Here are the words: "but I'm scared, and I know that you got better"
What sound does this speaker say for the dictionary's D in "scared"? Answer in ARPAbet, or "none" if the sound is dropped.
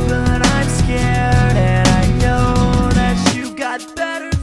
D